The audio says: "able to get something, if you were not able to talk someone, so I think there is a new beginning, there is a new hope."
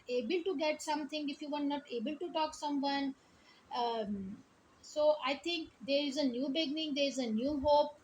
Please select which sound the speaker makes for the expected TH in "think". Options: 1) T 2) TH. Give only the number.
1